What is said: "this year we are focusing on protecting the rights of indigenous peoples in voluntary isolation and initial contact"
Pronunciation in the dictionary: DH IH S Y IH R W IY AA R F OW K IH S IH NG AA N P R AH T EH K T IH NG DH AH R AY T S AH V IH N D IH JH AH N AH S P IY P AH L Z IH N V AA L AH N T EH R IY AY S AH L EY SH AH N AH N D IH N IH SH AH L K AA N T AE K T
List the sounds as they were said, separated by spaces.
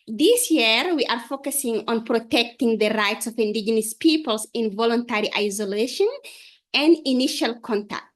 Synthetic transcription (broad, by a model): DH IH S Y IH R W IY AA R F OW K IH S IH NG AA N P R AH T EH K T IH NG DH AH R AY T S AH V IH N D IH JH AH N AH S P IY P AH L S IH N V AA L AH N T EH R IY AY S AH L EY SH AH N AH N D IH N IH SH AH L K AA N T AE K T